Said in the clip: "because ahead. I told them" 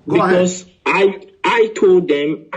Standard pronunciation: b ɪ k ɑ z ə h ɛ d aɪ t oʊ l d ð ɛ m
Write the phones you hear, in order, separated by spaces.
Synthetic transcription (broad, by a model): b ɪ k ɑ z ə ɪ aɪ t oʊ l d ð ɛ m